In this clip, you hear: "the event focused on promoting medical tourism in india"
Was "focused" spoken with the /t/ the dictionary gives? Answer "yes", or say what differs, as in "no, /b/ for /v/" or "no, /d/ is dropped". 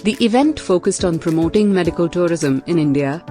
yes